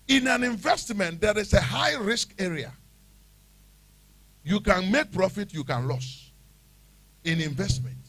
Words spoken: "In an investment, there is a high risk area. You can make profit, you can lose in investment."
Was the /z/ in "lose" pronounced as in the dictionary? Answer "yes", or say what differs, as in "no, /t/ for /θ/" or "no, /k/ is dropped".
no, /s/ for /z/